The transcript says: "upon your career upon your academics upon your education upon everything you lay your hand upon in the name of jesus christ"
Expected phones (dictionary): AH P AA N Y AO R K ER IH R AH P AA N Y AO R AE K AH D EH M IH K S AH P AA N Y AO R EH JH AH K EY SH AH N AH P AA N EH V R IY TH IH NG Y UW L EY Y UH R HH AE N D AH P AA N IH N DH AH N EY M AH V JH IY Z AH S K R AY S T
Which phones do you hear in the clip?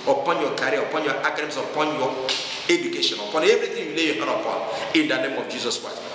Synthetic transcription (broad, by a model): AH P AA N Y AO K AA R AH P AA N Y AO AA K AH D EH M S AH P AA N Y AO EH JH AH K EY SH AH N AH P AA N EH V R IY T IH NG Y UW L EY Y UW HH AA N AH P AA N IH N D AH N EY M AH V JH IY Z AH S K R AY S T